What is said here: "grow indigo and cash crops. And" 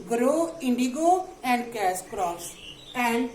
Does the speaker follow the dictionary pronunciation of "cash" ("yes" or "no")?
no